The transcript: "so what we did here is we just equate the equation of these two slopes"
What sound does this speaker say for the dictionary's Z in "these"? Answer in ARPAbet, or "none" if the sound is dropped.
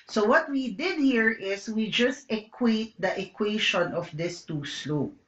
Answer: S